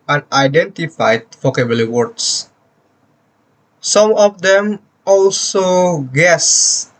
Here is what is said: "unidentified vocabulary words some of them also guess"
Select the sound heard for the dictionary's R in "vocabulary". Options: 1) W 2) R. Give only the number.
1